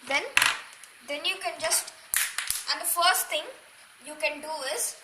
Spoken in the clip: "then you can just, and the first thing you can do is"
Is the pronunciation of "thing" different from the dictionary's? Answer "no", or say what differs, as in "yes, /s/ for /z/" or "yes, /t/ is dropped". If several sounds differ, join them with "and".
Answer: yes, /t/ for /θ/